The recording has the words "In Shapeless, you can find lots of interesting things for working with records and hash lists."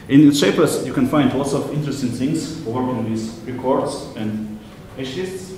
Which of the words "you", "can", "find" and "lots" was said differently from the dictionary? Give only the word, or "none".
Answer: none